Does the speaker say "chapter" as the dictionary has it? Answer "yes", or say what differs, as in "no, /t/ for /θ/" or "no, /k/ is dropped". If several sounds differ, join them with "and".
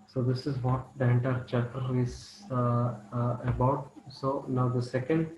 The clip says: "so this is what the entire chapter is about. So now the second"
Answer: no, /p/ is dropped